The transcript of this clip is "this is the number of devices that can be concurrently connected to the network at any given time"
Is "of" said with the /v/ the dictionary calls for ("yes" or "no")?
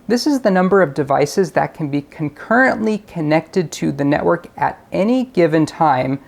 yes